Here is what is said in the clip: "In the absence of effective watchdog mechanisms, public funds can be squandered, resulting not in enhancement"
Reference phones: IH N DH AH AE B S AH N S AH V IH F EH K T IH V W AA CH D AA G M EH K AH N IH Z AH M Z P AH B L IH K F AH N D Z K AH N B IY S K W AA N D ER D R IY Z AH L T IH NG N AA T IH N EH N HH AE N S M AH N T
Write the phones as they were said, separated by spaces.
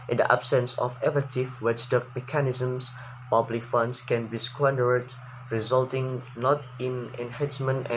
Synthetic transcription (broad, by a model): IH N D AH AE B S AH N S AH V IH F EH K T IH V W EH S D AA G M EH K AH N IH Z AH M S P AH B L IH K F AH N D S K AH N B IY S K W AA N D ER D R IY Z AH L T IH NG N AA T IH N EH N HH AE N S M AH N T